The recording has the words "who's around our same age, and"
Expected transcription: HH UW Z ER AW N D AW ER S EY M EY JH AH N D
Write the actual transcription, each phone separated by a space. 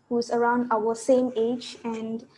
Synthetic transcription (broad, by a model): HH UW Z ER AW N D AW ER S EY M EY JH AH N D